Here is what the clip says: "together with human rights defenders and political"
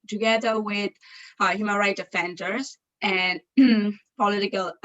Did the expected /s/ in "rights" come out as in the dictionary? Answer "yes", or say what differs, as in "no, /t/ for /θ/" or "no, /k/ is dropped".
no, /s/ is dropped